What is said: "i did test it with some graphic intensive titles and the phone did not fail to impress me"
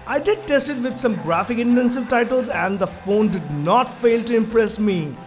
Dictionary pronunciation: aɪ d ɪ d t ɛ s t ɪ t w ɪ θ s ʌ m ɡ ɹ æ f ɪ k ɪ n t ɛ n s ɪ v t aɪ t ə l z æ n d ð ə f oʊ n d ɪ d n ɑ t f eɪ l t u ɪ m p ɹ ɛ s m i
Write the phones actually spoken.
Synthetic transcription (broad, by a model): aɪ d ɪ d t ɛ s t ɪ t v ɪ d s ʌ m ɡ ɹ æ f ɪ k ɪ n t ɛ n s ɪ v t aɪ t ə l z æ n d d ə f oʊ n d ɪ d n ɑ t f eɪ l t u ɪ m p ɹ ɛ s m i